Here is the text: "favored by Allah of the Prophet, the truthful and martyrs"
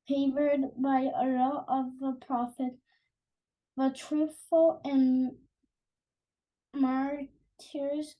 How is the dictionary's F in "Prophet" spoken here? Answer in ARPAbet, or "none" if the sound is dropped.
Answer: F